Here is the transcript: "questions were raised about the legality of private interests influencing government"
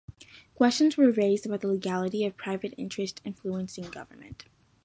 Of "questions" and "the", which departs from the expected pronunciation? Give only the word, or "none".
none